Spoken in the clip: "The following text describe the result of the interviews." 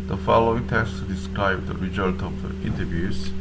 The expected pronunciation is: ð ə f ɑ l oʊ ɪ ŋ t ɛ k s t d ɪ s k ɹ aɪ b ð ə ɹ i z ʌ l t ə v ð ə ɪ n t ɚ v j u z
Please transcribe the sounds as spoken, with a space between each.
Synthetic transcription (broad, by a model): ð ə f ɑ l oʊ ɪ ŋ t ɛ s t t d ɪ s k ɹ aɪ b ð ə ɹ i z ʌ l t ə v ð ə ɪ n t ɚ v j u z